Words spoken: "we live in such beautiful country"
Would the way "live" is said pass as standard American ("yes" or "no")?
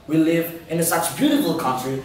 yes